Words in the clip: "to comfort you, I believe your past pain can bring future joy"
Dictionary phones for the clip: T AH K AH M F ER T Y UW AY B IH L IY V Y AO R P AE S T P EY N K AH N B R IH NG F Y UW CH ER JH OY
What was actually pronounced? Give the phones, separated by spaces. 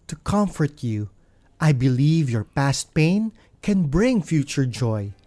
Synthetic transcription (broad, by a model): T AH K AH M F ER T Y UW AY B IH L IY V Y AO R P AE S T P EY N K AH N B R IH NG F Y UW CH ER JH OY